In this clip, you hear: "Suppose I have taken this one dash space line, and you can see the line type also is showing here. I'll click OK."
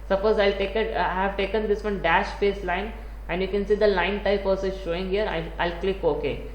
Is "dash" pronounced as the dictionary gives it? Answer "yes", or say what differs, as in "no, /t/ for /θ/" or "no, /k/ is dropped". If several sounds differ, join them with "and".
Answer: yes